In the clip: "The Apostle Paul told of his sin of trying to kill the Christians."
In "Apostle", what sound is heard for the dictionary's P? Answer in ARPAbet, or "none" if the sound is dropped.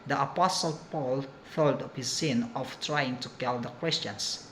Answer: P